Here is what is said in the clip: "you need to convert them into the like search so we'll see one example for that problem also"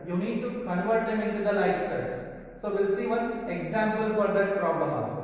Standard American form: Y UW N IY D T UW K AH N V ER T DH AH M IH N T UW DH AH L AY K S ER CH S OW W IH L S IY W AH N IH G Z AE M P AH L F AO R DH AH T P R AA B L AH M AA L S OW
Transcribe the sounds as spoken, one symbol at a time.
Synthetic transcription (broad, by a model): Y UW N IY D T UW K AH N V ER T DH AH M IH N T UW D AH L AY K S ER S S OW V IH L S IY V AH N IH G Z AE M P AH L F AO R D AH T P R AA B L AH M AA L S